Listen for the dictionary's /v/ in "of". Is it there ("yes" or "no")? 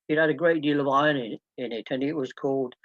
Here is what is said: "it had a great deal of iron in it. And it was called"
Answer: yes